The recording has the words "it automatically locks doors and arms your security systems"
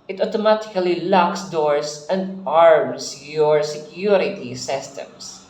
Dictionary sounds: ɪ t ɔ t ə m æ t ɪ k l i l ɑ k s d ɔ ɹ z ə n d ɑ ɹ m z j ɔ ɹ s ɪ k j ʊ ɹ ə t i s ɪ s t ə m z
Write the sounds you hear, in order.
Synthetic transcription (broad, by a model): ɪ t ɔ t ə m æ t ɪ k l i l ɑ k s d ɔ ɹ s ə n d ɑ ɹ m s j ɔ ɹ s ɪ k j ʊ ɹ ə t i s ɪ s t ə m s